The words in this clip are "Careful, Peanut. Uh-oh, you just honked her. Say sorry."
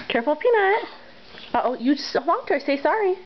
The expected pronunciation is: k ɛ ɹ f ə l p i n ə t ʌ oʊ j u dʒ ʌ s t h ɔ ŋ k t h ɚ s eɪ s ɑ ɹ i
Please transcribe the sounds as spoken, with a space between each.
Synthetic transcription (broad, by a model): k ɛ ɹ f l p i n ə t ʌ oʊ j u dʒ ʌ s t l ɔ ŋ t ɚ s eɪ s ɑ ɹ i